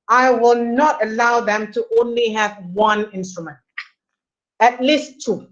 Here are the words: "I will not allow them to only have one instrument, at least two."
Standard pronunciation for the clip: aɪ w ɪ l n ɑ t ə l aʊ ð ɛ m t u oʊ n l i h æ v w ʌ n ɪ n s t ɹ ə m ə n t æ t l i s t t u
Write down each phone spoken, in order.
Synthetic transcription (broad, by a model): aɪ w ɪ l n ɑ t ə l aʊ ð ɛ m t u oʊ n l i h æ v w ʌ n ɪ n s t ɹ ə m ə n t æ t l i s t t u